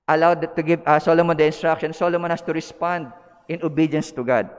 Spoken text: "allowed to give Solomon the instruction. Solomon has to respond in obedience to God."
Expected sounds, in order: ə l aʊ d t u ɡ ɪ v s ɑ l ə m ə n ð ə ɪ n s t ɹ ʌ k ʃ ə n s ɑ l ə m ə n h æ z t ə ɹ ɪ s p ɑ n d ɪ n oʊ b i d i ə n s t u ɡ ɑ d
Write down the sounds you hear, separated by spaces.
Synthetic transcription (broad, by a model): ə l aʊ d t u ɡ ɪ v s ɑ l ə m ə n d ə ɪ n s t ɹ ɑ k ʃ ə n s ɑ l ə m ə n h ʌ s t ə ɹ ɪ s p ɑ n d ɪ n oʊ b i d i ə n s t u ɡ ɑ d